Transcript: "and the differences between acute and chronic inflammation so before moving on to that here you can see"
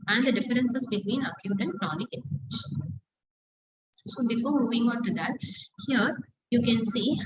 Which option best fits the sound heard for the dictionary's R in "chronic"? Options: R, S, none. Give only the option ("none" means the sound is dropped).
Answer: R